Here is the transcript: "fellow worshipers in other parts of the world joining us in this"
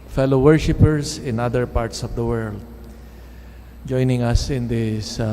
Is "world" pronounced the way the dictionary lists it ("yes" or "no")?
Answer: yes